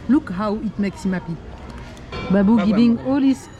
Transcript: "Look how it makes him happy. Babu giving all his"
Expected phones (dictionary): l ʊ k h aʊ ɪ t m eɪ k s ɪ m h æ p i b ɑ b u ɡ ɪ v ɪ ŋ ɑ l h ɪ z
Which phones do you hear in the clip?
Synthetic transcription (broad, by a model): l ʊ k h aʊ ɪ t m eɪ k s ɪ m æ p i b ɑ b u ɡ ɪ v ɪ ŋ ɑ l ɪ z